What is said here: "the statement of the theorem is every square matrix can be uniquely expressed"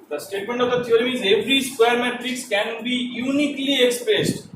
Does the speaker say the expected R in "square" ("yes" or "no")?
yes